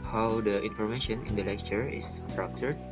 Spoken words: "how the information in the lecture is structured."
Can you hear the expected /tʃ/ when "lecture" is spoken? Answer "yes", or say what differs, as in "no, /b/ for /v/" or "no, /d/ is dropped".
yes